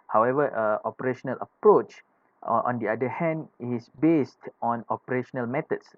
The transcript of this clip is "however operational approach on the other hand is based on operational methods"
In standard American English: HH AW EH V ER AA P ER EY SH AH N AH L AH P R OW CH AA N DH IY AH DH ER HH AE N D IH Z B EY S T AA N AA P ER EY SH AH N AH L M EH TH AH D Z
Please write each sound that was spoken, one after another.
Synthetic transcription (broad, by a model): HH AW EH V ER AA P ER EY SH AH N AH L AH P R OW CH AA N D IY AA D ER HH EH N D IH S B EY S T AA N AA P ER EY SH AH N AH L M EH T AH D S